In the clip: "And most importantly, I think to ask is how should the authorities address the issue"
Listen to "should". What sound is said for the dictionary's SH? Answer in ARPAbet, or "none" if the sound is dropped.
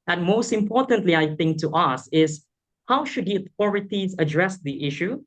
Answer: SH